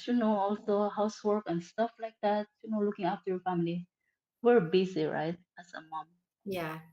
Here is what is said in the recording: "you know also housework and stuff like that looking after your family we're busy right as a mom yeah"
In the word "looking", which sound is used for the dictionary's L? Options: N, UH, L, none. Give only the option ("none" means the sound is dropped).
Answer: N